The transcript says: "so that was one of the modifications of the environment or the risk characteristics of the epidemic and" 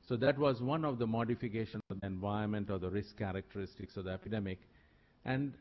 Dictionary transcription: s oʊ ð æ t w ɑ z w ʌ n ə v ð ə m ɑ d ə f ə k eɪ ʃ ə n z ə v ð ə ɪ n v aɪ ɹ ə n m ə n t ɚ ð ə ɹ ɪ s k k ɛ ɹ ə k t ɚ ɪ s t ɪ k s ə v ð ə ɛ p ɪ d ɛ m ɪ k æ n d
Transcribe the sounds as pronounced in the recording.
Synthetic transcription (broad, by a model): s oʊ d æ t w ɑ z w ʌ n ə v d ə m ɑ d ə f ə k eɪ ʃ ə n ə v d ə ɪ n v aɪ ə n m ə n t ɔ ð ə ɹ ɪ s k k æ ɹ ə k t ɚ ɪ s t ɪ k s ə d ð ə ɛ p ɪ d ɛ m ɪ k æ n d